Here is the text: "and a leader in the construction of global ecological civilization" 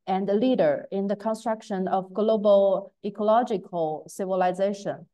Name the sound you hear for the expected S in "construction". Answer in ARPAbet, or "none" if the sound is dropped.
S